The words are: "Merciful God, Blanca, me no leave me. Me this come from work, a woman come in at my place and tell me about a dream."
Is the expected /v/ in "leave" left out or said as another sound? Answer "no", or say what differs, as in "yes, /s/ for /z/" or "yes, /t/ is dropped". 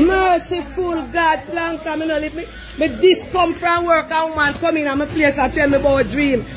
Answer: yes, /p/ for /v/